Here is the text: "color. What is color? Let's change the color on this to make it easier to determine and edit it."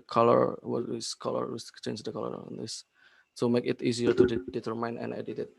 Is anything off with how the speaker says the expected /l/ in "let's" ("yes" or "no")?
yes